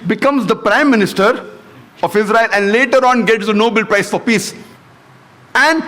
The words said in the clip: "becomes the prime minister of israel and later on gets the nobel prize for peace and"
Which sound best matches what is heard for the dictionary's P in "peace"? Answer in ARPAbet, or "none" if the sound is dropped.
P